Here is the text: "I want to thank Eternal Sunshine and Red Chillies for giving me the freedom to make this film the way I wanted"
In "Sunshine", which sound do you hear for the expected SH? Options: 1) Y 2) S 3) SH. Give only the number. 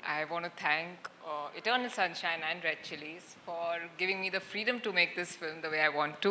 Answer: 3